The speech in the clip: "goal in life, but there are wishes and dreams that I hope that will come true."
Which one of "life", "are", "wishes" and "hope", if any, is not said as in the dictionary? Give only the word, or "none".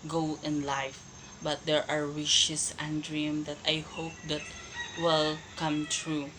wishes